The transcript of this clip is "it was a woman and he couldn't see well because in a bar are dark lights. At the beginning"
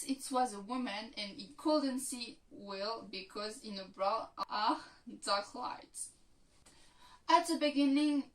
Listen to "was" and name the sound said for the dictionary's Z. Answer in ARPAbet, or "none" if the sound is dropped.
Z